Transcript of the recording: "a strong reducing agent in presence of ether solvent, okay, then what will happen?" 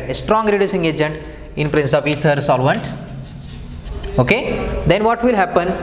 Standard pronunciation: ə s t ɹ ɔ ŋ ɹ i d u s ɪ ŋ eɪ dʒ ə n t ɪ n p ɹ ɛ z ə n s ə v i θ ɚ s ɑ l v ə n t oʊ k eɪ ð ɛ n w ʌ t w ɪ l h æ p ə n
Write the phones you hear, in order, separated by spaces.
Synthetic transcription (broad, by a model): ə s t ɹ ɔ ŋ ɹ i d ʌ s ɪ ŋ eɪ dʒ ə n t ɪ n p ɹ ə n s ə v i t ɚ s ɑ l v ə n t oʊ k eɪ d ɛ n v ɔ t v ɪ l h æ p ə n